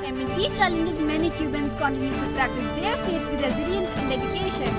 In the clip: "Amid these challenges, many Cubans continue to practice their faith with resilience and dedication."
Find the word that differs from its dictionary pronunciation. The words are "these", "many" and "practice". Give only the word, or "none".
these